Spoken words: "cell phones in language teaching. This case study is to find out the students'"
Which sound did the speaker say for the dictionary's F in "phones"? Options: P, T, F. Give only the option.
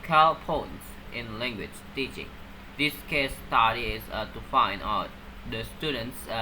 P